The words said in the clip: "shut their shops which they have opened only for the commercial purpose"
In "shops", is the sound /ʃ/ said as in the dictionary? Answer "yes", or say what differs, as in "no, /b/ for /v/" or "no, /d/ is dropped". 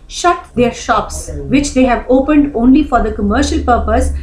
yes